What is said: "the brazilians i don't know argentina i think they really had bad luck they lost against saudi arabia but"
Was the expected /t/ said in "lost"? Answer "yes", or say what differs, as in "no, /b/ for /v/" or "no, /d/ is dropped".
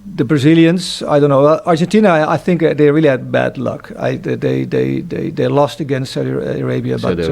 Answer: yes